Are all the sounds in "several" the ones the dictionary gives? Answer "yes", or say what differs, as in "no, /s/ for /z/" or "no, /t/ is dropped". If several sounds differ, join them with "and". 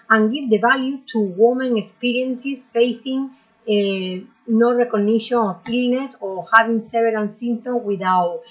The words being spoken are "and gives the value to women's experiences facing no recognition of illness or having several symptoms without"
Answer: no, /v/ is dropped